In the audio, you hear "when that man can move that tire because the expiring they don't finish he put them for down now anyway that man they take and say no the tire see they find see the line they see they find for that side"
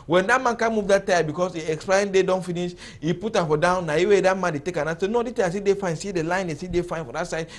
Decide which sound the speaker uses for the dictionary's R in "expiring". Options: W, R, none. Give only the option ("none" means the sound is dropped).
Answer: none